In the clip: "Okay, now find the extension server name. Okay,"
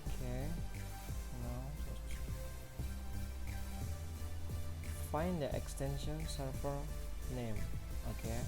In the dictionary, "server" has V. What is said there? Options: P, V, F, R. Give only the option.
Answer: F